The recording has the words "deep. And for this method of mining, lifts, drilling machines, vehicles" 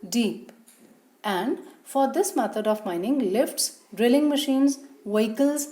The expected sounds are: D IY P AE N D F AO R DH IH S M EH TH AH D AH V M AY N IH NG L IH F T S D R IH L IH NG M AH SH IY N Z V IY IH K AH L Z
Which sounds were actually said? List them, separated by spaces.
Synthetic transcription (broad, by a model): D IY P AE N D F AO R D IH S M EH T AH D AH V M AY N IH NG L IH F T S D R IH L IH NG M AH SH IY N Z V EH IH K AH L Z